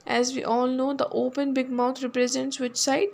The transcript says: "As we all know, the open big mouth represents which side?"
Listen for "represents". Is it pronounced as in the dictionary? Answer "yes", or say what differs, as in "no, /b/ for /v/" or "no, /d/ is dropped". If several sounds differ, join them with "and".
yes